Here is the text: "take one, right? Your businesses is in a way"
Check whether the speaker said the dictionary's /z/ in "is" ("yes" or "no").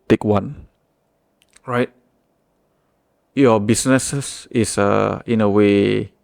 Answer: no